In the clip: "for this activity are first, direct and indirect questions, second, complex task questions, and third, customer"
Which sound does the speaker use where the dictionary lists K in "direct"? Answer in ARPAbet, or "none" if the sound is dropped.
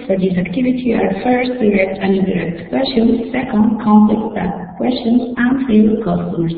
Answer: K